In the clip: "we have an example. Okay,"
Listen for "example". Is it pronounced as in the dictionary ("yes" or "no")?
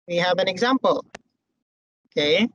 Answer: yes